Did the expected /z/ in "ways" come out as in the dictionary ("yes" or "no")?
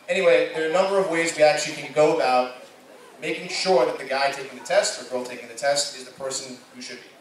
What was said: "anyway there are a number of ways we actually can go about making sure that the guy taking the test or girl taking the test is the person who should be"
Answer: yes